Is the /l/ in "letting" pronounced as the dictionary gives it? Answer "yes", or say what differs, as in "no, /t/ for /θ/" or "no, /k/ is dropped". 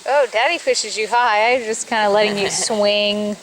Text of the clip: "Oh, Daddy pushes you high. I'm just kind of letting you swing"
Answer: yes